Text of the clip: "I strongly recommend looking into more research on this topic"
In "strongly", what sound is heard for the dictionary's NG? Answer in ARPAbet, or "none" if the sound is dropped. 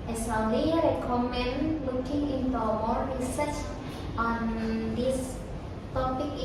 none